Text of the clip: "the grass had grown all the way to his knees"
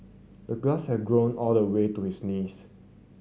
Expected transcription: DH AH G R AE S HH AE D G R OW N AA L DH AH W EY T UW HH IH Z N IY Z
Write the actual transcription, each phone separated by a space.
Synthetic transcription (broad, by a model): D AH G L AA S HH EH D G R OW N AA L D AH W EY T UW HH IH S N IY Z